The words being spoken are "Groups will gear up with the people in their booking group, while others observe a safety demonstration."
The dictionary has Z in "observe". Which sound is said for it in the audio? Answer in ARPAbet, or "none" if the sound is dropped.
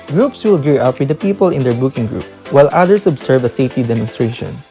S